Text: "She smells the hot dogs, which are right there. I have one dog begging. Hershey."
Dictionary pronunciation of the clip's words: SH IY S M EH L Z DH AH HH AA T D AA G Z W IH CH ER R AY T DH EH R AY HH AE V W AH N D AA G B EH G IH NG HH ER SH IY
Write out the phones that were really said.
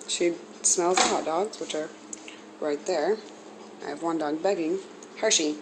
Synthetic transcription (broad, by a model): SH IY S M EH L Z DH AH HH AA T D AA G Z W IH CH ER R AY T DH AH R AY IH V W AH N D AA G B EH G IH NG HH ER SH IY